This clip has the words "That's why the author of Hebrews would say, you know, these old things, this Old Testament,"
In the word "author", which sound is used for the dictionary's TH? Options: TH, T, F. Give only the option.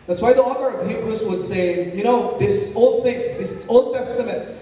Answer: TH